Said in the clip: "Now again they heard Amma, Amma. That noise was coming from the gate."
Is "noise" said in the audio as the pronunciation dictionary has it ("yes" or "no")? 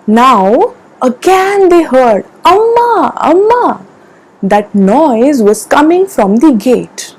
yes